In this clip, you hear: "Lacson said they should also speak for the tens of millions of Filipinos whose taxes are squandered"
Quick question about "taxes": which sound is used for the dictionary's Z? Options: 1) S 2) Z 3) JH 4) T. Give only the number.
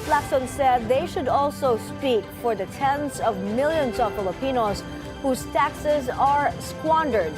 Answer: 2